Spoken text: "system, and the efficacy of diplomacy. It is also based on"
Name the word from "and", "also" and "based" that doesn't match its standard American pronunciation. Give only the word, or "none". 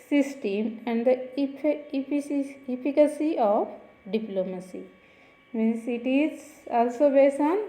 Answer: based